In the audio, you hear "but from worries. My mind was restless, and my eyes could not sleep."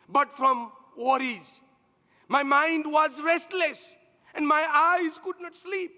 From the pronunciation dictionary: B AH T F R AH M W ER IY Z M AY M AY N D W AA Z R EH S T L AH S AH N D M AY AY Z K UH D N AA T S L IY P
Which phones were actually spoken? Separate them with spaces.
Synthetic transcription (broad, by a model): B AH T F R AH M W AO IY Z M AY M AY N D W AA Z R EH S T L AH S AH N D M AY AY Z K UH D N AA T S L IY P